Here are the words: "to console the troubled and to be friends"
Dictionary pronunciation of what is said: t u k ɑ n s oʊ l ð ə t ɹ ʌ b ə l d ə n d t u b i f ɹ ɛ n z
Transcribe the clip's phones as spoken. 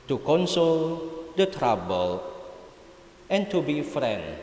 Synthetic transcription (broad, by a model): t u k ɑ n s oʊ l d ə t ɹ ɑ b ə l ə n t u b i f ɹ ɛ n